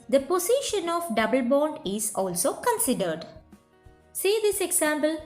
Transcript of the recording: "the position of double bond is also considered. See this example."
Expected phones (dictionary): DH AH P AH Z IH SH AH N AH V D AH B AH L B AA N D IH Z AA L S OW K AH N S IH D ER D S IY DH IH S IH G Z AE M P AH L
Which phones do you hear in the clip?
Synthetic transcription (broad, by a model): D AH P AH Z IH SH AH N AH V D AH B AH L B AA N D IH Z AA L S OW K AH N S IH D ER D S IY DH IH S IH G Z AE M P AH L